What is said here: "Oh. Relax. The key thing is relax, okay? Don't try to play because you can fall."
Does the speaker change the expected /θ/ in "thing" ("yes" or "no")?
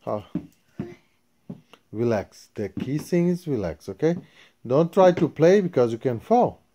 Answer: yes